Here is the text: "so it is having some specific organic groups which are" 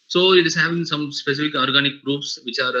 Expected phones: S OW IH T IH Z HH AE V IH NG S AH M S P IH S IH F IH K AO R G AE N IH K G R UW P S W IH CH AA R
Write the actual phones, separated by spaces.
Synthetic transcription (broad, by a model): S OW IH T IH Z HH AE V IH NG S AH M S P IH S IH F IH K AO R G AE N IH K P R UW F S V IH CH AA R